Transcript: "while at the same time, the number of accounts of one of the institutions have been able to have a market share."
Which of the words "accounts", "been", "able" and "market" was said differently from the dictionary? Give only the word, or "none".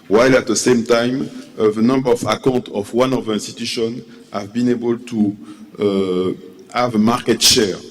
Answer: accounts